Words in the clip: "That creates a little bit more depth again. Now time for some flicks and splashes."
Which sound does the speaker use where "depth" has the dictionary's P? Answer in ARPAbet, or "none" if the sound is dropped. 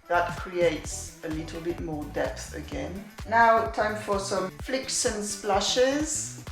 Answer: P